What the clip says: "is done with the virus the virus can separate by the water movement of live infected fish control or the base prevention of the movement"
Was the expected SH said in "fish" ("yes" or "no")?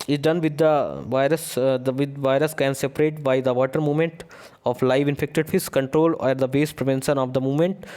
no